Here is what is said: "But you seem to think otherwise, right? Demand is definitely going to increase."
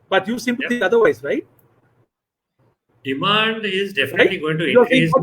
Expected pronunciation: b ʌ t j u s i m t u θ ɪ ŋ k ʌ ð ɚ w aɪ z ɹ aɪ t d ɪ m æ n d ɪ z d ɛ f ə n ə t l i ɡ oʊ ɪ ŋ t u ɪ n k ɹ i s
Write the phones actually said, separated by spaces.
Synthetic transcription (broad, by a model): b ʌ t j u s i m t u t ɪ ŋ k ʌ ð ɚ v aɪ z ɹ aɪ t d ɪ m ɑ n d ɪ z d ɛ f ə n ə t l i ɡ oʊ ɪ ŋ t u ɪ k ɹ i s